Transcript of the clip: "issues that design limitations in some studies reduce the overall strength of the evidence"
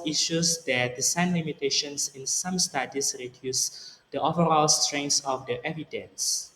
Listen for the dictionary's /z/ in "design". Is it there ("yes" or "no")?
no